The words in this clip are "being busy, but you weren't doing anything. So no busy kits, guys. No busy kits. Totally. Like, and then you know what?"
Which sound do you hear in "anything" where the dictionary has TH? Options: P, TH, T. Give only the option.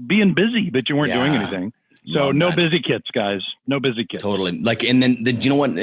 TH